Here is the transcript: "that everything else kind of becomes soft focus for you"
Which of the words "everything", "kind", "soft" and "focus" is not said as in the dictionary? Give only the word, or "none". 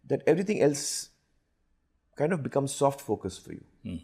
everything